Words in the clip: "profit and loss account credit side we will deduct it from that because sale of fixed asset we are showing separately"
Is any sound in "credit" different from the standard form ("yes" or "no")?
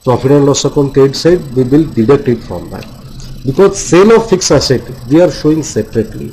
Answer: yes